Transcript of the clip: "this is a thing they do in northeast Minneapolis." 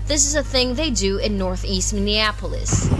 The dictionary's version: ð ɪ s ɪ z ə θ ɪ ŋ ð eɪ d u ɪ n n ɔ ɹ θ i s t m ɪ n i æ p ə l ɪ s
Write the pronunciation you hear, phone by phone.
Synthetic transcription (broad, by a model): ð ɪ s ɪ z ə θ ɪ ŋ ð eɪ d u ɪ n n ɔ ɹ θ i s t m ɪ n i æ p l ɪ s